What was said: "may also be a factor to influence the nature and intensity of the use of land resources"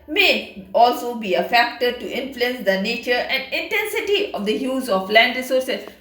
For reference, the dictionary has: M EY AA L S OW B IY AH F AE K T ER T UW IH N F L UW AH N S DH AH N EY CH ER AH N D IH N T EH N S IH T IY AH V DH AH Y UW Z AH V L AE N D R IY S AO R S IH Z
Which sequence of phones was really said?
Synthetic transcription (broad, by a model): M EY AA L S OW B IY AH F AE K T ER T UW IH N F L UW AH N S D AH N EY CH ER AH N D IH N T EH N S IH T IY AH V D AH Y UW Z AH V L AE N D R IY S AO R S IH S